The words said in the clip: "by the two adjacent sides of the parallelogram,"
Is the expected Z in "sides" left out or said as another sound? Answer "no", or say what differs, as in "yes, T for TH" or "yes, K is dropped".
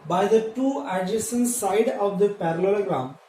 yes, Z is dropped